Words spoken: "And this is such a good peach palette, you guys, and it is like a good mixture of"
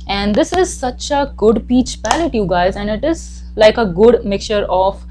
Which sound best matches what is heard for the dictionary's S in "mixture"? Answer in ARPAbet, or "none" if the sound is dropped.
none